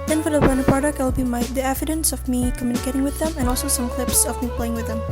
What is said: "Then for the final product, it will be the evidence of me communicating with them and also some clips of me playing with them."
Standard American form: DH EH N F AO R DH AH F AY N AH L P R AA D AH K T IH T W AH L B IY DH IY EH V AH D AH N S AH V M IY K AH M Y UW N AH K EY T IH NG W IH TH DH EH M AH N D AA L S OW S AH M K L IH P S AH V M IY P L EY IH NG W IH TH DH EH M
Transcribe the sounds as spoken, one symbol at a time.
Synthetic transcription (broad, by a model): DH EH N F AO R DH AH P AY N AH P R AA D AH K T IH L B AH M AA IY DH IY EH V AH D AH N S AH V M IY K AH M Y UW N AH K EY T IH NG W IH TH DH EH M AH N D AA L S OW S AH M K L IH P S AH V M IY P L EY IH NG W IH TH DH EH M